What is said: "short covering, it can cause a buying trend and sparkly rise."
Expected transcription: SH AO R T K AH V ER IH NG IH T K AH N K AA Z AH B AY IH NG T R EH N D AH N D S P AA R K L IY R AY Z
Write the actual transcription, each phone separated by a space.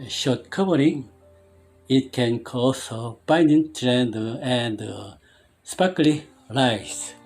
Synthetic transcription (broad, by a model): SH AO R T K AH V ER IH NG IH T K AH N K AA S AH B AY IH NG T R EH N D AH N D S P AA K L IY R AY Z